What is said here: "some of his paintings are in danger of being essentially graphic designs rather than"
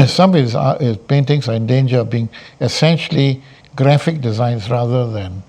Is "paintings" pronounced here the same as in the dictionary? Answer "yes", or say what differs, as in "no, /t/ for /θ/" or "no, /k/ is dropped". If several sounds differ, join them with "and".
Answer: no, /s/ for /z/